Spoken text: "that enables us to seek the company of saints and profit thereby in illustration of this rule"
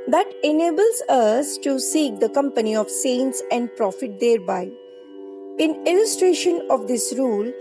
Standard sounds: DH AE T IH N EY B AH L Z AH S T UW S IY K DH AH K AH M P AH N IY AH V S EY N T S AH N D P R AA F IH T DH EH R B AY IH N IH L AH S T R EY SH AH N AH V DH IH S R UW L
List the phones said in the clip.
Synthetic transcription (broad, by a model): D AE T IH N EY B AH L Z AH S T UW S IY K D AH K AH M P AH N IY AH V S EY N T S AH N D P R AA F IH T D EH R B AY IH N IH L AH S T R EY SH AH N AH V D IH S R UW L